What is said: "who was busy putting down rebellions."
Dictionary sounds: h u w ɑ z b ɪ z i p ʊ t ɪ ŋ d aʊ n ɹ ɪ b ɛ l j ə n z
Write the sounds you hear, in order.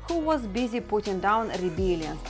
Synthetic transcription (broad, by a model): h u w ɑ z b ɪ z i p ʊ t ɪ ŋ d aʊ n ɹ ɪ b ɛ l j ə n